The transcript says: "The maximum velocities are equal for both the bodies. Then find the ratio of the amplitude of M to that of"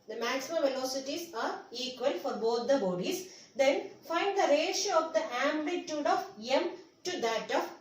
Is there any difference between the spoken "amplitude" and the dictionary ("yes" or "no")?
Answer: yes